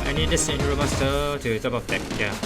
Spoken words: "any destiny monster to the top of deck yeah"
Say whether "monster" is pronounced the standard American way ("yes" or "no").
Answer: no